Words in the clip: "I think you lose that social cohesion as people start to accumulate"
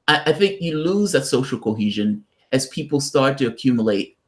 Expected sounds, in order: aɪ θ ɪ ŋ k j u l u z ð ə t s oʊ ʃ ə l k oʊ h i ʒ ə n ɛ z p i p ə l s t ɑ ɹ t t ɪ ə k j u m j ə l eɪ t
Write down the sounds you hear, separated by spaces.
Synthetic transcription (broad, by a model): aɪ θ ɪ ŋ k j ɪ l u z ð ə t s oʊ ʃ l k oʊ h i ʒ ə n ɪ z p i p l s t ɑ ɹ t t ɪ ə k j u m j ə l eɪ t